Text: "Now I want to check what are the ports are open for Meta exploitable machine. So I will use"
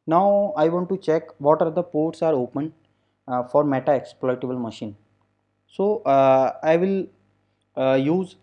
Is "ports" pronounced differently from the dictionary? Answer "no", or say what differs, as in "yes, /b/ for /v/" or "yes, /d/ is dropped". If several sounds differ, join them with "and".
no